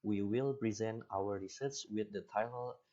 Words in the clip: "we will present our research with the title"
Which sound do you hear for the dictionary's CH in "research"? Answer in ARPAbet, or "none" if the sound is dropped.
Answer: S